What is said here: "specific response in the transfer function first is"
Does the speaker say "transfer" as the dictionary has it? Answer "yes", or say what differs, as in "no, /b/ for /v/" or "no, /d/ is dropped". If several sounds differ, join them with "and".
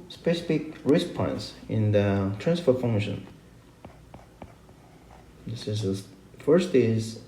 yes